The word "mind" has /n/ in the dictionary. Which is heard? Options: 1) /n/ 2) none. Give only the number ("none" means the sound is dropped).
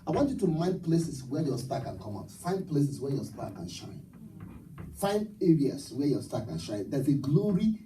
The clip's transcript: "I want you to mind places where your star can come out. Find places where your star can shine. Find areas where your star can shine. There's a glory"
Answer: 1